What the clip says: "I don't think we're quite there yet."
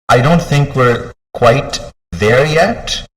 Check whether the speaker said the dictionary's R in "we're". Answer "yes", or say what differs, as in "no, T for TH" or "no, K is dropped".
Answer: yes